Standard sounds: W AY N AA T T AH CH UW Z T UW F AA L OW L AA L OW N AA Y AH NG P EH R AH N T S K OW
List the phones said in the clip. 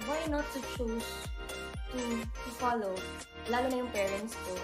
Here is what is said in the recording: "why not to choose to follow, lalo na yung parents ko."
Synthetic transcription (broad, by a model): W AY N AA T T AH CH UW S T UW F AA L OW L AA L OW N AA Y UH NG P EH R AH N T S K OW